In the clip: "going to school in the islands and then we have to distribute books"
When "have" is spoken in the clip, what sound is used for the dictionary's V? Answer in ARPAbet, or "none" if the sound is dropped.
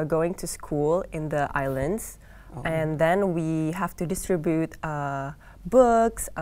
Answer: F